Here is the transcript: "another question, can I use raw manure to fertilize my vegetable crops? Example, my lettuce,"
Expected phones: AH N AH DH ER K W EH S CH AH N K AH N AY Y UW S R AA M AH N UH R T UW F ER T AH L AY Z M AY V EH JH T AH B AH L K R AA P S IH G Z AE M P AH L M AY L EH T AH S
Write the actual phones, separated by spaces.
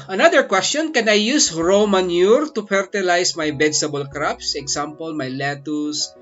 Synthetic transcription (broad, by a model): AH N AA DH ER K W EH S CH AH N K AH N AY Y UW S R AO M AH N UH R T UW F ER T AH L AY S M AY B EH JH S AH B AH L K R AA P S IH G S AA M P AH L M AY L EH T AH S